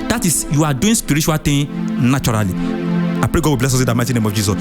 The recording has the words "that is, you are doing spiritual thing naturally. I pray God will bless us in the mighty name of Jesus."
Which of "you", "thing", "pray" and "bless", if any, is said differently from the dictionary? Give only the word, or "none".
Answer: thing